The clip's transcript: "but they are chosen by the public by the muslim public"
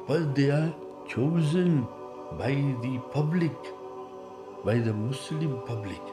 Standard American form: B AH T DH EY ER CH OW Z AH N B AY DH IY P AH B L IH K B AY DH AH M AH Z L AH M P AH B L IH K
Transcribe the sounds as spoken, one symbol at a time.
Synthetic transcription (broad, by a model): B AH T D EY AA CH OW Z AH N B AY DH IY P AH B L IH K B AY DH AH M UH S L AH M P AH B L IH K